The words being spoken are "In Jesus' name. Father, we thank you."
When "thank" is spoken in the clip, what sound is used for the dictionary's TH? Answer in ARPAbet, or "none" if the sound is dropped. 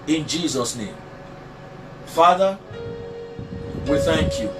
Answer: TH